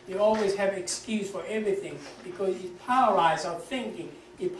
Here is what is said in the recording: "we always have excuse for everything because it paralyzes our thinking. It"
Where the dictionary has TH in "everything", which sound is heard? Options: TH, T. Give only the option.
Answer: TH